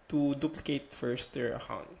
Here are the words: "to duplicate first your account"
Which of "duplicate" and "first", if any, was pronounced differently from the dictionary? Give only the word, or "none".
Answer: none